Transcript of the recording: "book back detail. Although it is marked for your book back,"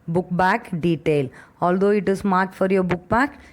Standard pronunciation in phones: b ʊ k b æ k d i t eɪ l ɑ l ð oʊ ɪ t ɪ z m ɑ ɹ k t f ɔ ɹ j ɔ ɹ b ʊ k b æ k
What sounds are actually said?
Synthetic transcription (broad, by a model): b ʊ k b æ k d i t eɪ l ɑ l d oʊ ɪ t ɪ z m ɑ ɹ t f ɔ ɹ j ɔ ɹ b ʊ k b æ k